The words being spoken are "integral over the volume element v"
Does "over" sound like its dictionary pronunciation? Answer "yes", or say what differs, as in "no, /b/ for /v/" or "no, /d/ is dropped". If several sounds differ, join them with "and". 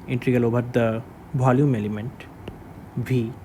no, /b/ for /v/